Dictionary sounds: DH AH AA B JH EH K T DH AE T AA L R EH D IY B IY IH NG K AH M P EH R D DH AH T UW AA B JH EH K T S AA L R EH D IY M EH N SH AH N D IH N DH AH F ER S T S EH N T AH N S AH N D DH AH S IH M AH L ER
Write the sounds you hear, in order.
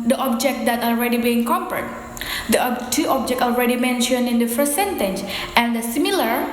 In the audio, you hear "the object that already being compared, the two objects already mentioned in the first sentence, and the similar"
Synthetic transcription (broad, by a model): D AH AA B JH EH K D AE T AA L R EH D IY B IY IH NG K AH P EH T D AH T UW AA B JH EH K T AA L R EH D IY M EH N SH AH N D IH N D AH F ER S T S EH N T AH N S AH N D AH S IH M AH L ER